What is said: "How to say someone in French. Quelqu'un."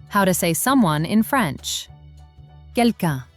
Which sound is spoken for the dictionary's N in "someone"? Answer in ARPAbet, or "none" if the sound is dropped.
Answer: N